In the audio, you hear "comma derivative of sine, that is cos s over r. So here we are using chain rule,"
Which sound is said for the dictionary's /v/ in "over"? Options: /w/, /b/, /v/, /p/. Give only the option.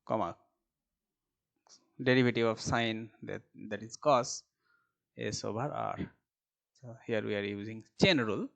/b/